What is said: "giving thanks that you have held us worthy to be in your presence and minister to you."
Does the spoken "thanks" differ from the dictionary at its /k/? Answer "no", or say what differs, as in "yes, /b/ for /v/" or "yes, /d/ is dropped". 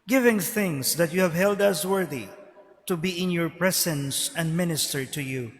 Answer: yes, /k/ is dropped